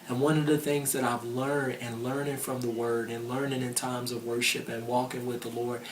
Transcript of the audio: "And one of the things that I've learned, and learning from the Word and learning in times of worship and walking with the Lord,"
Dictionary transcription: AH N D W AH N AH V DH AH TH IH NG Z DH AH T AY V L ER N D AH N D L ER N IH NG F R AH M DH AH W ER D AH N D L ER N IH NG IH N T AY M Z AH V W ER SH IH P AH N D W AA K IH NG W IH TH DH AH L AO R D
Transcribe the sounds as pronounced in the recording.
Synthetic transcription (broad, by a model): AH N W AH N AH V DH AH TH IH NG Z DH AH T AY V L ER N D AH N L ER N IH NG F R AH M DH AH W ER D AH N L ER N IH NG IH N T AY M Z AH V W ER SH IH P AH N W AA K IH NG W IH DH AH L AO R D